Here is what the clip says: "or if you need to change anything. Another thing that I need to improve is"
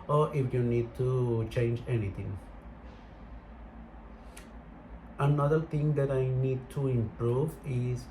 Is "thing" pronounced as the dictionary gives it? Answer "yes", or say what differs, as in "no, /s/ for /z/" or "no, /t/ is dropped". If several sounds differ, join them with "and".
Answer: no, /t/ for /θ/